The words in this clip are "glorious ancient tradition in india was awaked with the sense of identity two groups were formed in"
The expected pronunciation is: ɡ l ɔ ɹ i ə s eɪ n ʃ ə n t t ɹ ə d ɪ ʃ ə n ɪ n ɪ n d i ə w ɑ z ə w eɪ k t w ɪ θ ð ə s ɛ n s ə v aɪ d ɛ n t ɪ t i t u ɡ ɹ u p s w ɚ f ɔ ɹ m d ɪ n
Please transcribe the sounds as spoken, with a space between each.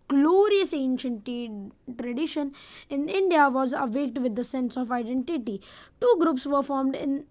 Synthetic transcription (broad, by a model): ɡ l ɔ ɹ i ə s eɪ n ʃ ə n t t ɹ ə d ɪ ʃ ə n ɪ n ɪ n d i ə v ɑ z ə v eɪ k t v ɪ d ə s ɛ n s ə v aɪ d ɛ n t ɪ t i t u ɡ ɹ u p s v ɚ f ɔ ɹ m d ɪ n